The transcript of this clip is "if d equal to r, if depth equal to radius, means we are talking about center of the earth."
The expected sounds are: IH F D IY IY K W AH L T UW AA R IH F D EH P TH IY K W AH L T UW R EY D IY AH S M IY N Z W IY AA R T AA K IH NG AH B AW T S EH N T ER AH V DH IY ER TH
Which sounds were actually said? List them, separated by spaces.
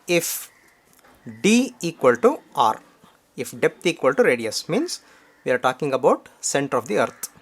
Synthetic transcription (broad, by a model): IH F D IY IY K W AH L T UW AA R IH F D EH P T IY K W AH L T UW R EY D IY AH S M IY N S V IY AA R T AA K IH NG AH B AW T S EH N T ER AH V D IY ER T